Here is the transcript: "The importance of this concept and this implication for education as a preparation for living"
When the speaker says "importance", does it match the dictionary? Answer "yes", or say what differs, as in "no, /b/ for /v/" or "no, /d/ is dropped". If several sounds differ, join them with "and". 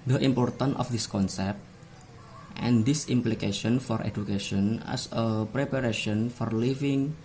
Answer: no, /s/ is dropped